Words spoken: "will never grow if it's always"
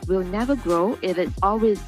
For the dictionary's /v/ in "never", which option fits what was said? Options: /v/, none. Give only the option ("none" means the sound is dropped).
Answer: /v/